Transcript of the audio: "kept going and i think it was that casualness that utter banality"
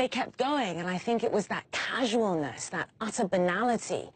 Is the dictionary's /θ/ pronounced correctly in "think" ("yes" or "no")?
yes